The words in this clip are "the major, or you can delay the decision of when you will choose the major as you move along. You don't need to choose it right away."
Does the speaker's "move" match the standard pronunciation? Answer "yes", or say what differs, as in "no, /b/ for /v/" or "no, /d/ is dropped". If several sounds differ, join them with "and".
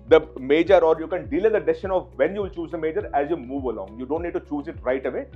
yes